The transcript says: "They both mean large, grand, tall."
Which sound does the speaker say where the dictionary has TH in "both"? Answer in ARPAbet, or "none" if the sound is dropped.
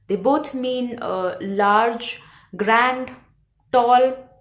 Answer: T